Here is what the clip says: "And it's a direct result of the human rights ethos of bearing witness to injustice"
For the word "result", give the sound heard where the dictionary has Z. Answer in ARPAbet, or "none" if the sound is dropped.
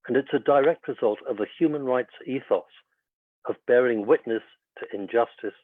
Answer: Z